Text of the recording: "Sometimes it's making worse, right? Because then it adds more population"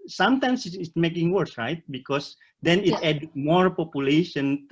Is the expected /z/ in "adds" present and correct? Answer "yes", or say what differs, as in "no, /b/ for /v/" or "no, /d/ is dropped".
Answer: no, /z/ is dropped